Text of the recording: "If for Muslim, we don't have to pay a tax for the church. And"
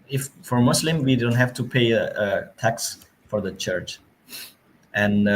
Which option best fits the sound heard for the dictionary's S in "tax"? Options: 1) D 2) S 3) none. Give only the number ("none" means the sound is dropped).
2